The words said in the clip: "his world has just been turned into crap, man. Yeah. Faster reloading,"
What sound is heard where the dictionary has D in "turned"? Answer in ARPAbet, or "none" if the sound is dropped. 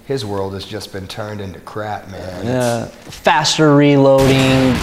D